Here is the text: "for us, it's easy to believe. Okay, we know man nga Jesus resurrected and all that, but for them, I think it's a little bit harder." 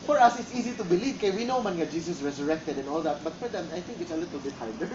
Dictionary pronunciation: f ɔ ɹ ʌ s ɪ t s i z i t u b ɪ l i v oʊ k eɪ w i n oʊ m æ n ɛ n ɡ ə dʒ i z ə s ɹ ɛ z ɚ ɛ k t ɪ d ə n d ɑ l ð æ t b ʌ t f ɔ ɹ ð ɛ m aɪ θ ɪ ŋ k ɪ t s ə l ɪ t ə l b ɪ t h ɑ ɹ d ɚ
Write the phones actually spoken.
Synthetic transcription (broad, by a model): f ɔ ɹ ʌ s ɪ t s i z i t u b ɪ l i v k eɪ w i n oʊ m ɛ n ɡ ə dʒ i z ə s ɹ ɛ z ɚ ɛ k t ɪ d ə n ɑ l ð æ t b ʌ t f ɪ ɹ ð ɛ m aɪ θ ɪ ŋ k ɪ t s ə l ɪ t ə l b ɪ t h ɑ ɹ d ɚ